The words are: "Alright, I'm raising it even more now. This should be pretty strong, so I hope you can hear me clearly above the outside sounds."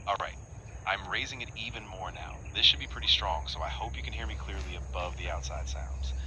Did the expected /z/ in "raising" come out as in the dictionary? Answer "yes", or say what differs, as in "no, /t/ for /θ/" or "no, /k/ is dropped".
yes